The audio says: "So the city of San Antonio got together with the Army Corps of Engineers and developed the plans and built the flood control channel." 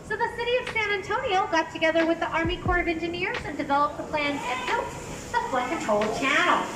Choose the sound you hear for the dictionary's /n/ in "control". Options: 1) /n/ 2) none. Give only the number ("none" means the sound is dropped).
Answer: 2